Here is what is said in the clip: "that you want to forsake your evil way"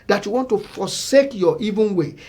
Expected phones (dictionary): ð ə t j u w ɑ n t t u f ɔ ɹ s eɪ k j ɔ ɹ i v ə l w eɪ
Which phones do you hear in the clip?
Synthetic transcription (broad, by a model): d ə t j u w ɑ n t t u f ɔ s eɪ k j ɔ i v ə n w eɪ